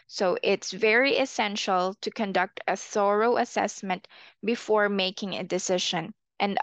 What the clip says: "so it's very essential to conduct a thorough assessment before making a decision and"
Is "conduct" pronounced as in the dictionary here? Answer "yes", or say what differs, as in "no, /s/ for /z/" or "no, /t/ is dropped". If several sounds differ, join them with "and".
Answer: yes